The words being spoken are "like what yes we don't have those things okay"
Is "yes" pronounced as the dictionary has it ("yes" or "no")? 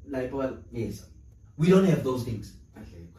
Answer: yes